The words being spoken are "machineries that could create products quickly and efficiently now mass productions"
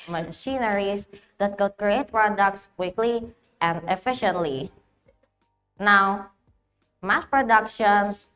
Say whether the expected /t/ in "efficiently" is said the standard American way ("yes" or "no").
yes